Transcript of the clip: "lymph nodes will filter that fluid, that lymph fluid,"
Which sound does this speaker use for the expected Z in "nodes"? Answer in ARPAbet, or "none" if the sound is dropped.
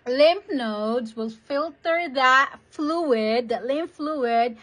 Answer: Z